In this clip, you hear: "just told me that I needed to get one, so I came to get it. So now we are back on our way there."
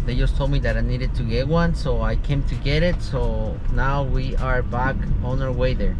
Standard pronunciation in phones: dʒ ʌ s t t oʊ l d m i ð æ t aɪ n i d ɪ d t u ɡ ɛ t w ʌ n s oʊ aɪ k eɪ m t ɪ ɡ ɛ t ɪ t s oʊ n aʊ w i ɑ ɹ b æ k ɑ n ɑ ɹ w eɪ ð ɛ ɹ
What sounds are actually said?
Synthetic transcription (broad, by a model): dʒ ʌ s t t oʊ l m i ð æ t aɪ n i d ɪ d t u ɡ ɛ t w ʌ n s oʊ aɪ k eɪ m t ɪ ɡ ɛ t ɪ t s oʊ n aʊ w i ɑ ɹ b æ k ɑ n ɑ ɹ w eɪ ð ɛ ɹ